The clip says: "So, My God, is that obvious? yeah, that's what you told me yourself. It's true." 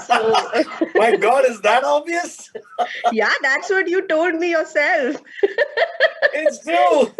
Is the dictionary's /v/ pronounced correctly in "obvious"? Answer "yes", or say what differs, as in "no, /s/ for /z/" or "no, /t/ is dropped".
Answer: no, /v/ is dropped